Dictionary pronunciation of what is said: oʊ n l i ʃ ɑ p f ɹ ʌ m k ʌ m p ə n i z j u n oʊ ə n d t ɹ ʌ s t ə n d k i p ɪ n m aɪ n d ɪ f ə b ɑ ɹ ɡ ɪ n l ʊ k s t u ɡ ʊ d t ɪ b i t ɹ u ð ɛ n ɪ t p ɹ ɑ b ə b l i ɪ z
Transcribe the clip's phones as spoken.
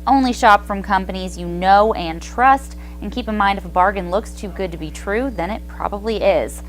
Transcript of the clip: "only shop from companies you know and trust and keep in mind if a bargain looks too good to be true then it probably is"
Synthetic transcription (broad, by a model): oʊ n l i ʃ ɑ p f ɹ ʌ m k ʌ m p ə n i z j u n oʊ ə n t ɹ ʌ s t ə n k i p ɪ n m aɪ n d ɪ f ə b ɑ ɹ ɡ ɪ n l ʊ k s t u ɡ ʊ d t ɪ b i t ɹ u ð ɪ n ɪ t p ɹ ɑ b ə b l i ɪ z